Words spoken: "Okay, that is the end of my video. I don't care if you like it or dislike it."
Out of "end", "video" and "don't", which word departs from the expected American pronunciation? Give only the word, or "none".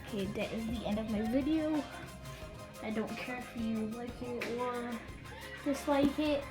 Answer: none